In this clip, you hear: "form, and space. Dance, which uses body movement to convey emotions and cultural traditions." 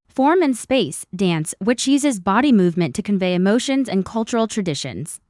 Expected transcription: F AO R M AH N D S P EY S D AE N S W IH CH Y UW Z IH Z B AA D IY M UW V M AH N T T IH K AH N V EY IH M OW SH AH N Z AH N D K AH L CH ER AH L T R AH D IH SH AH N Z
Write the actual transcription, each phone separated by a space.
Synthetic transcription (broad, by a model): F AO R M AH N S P EY S D AE N S W IH CH Y UW Z IH Z B AA D IY M UW V M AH N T T IH K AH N V EY IH M OW SH AH N Z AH N K AH L CH ER L T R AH D IH SH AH N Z